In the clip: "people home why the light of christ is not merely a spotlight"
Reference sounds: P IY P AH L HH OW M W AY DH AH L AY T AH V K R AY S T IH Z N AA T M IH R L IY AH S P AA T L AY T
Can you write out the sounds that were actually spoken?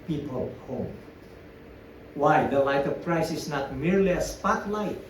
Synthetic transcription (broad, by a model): P IY P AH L HH OW M W AY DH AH L AY T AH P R AY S IH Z N AA T M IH R L IY AH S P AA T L AY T